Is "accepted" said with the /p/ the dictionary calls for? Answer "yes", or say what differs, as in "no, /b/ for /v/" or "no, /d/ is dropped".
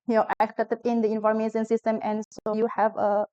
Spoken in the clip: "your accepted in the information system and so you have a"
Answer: no, /p/ is dropped